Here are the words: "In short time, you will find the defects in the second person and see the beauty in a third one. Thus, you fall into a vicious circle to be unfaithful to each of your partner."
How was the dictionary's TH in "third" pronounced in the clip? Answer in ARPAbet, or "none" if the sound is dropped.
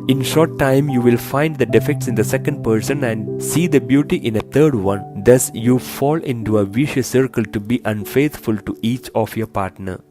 T